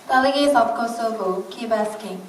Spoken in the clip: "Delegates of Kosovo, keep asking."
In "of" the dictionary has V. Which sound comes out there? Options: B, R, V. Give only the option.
B